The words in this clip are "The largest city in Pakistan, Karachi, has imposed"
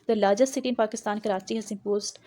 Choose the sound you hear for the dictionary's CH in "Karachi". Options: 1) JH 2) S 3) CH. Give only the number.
2